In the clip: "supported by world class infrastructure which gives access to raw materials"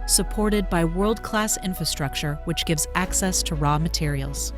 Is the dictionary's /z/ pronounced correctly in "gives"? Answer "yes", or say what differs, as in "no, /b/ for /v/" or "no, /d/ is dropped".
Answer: yes